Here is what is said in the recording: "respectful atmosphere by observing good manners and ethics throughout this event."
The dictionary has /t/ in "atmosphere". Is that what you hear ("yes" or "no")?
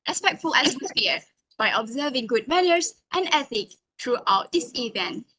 no